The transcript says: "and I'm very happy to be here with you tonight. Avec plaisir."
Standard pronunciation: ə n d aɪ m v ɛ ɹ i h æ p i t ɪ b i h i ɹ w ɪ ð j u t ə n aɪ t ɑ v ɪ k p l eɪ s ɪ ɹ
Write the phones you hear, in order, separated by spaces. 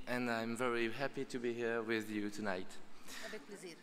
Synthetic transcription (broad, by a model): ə n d aɪ m v ɛ ɹ i h æ p i t ɪ b i h i ɹ w ɪ ð j u t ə n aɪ ɑ ɪ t